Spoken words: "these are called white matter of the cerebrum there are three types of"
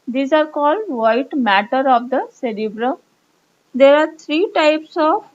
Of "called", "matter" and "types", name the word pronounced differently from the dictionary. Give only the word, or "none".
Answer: none